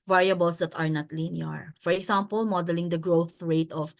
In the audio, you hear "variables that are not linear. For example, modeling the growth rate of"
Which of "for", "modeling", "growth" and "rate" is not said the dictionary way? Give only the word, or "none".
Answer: none